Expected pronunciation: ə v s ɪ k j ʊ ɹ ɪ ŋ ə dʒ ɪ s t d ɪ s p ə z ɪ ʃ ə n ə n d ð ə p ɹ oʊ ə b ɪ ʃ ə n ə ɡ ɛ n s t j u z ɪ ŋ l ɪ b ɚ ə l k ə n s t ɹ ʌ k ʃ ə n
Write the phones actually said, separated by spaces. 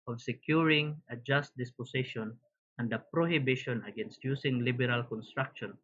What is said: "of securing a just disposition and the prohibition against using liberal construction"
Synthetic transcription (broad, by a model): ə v s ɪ k j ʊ ɹ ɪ ŋ ə dʒ ɪ s t d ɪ s p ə s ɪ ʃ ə n ə n d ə p ɹ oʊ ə b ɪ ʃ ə n ə ɡ ɛ n s t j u s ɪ ŋ l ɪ b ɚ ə l k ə n s t ɹ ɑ k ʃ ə n